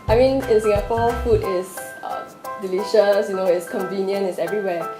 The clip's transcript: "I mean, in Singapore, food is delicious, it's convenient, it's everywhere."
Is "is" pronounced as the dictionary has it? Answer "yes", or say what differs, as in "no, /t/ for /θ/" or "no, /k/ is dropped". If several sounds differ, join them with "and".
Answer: no, /s/ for /z/